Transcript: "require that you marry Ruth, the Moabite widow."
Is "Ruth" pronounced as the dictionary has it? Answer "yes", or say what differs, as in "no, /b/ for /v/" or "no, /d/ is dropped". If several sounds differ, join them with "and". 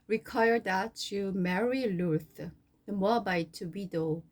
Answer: no, /l/ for /ɹ/